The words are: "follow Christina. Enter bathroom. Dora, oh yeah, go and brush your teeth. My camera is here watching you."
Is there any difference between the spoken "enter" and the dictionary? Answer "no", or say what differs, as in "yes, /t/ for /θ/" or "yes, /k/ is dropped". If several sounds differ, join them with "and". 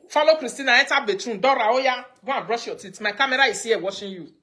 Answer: yes, /n/ is dropped